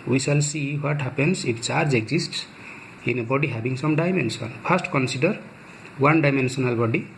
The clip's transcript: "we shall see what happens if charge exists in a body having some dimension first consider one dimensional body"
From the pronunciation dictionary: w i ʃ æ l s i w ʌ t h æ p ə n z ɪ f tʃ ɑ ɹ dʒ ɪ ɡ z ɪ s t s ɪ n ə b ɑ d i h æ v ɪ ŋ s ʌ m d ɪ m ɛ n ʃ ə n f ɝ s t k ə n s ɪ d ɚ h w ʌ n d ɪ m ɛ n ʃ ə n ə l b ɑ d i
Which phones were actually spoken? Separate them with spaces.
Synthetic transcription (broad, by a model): w i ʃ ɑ l s i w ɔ t h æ p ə n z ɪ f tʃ ɑ ɹ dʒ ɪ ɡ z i s t s ɪ n ə b ɑ d i h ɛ b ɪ ŋ s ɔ m d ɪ m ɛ n s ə n p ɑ s t k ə n s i d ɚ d w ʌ n d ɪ m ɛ n s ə n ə l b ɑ d i